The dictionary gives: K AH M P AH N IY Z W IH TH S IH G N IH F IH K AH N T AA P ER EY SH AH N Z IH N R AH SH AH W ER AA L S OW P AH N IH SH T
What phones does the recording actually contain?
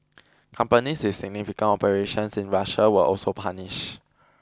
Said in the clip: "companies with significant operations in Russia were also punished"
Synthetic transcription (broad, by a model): K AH M P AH N IY S W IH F S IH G N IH F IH K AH N AA P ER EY SH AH N S IH N R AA SH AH W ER AA L S OW P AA N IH SH